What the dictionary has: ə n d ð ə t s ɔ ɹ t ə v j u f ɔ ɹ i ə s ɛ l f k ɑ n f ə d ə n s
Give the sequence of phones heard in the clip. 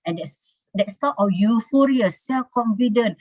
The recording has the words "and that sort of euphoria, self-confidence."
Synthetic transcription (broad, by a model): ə n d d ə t s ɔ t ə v j u f ɔ ɹ i ə s ɛ l f k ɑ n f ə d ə n